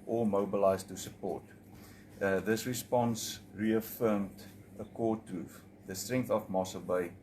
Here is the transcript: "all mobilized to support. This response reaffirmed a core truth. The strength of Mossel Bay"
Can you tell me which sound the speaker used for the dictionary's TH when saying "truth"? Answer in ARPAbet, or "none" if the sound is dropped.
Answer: F